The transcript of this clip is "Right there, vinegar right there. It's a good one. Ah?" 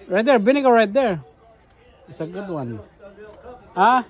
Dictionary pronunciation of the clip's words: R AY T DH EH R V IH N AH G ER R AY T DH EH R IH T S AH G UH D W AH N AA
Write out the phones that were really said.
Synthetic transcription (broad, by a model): R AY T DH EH R B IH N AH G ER R AY T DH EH R IH T S AH G UH D W AH N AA